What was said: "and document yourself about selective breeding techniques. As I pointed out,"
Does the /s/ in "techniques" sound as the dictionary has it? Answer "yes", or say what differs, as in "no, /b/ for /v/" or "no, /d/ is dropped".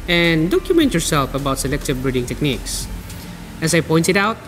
yes